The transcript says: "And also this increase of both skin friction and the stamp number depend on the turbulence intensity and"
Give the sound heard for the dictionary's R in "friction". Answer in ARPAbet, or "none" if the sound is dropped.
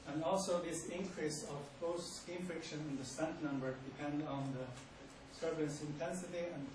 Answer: R